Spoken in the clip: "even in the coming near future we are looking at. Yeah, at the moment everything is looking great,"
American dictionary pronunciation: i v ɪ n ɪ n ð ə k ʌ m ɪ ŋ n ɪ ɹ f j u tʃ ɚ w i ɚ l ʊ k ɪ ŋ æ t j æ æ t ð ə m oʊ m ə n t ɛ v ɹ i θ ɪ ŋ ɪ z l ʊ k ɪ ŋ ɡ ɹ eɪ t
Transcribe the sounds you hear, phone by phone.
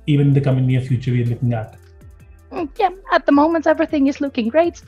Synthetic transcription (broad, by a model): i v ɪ n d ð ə k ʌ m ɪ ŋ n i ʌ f j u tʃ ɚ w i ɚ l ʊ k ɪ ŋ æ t j æ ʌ t ð ə m oʊ m ə n t ɛ v ɹ i θ ɪ ŋ ɪ z l ʊ k ɪ ŋ ɡ ɹ eɪ t